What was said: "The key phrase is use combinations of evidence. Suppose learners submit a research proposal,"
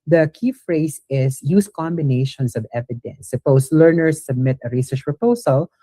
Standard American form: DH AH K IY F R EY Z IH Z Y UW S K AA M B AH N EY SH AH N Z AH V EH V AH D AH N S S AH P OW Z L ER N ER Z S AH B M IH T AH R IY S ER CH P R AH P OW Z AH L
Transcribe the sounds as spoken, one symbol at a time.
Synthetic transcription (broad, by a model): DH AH K IY F R EY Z IH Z Y UW S K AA M B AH N EY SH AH N S AH V EH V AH D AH N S S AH P OW S L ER N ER S AH B M IH T AH R IY S ER CH P R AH P OW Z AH L